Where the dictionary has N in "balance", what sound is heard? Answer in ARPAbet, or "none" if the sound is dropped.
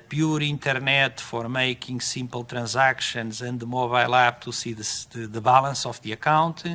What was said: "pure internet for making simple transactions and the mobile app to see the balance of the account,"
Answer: L